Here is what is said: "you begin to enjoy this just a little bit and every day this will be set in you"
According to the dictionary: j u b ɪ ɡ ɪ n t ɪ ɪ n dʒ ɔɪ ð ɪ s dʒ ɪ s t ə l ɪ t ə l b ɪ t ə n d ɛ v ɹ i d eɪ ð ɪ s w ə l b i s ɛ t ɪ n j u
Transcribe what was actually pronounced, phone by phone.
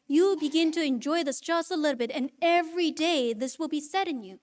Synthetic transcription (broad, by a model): j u b ɪ ɡ ɪ n t ɪ ɪ n dʒ ɔɪ ð ɪ s tʃ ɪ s ə l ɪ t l b ɪ t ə n ɛ v ɹ i d eɪ ð ɪ s w ə l b i s ɛ t ɪ n j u